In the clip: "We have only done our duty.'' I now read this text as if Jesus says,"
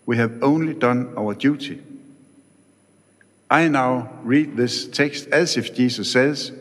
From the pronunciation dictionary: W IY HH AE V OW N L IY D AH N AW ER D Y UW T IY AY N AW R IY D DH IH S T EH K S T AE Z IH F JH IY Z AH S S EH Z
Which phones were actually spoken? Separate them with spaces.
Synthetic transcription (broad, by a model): W IY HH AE V OW N L IY D AH N AW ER D Y UW T IY AY N AW R IY D DH IH S T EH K S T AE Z IH F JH IY S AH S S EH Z